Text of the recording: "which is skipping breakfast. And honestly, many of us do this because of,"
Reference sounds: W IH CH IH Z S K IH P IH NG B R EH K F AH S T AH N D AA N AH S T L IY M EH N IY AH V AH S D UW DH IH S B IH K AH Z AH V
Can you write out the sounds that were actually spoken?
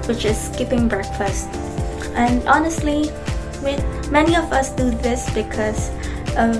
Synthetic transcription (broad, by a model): W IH CH IH Z S K IH P IH NG B R EH K F AH S T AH N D AA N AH S T L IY M EH N IY AH V AH S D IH DH IH S B IH K AH Z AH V